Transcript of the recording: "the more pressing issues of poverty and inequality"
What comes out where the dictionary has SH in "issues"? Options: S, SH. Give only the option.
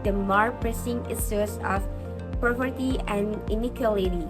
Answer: S